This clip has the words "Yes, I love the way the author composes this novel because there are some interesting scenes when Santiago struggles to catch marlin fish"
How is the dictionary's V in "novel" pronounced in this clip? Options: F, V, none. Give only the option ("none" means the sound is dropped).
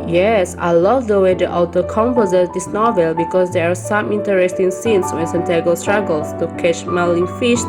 V